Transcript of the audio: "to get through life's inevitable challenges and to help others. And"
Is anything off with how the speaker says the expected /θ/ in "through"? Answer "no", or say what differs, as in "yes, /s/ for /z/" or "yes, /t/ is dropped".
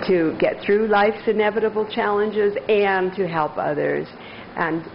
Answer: no